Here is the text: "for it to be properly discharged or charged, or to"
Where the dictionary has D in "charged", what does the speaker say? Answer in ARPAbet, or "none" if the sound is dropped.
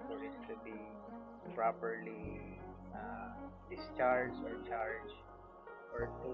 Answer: none